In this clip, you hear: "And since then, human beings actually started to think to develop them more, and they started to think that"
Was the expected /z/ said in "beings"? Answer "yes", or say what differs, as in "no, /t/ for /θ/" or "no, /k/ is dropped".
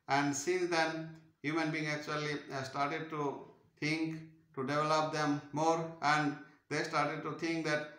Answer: no, /z/ is dropped